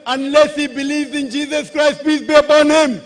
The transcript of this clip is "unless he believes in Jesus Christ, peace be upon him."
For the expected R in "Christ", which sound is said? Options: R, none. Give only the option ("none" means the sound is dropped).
R